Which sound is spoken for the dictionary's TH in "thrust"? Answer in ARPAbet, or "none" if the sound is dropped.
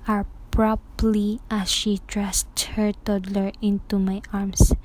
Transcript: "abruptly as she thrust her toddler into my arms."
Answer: T